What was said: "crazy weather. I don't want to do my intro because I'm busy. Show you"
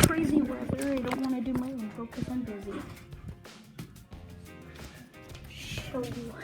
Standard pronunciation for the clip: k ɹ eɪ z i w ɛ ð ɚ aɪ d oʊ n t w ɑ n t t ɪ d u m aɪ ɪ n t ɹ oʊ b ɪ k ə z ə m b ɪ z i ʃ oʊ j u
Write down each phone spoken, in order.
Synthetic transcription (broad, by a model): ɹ eɪ z i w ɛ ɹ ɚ aɪ d oʊ n t w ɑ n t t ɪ d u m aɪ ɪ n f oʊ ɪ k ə s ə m b ɪ z i ʃ oʊ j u